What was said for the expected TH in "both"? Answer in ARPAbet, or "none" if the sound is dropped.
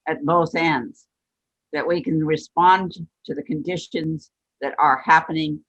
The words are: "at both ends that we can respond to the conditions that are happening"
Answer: TH